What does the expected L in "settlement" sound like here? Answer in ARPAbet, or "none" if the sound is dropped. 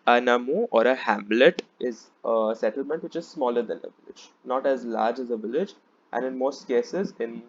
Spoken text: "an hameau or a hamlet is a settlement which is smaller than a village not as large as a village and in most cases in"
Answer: L